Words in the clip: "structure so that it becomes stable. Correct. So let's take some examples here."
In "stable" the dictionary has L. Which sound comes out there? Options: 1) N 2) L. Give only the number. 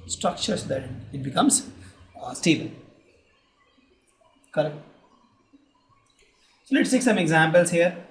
1